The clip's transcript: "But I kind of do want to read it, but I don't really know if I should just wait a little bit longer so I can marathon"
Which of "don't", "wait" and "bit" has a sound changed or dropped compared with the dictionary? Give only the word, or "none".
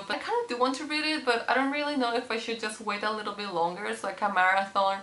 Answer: none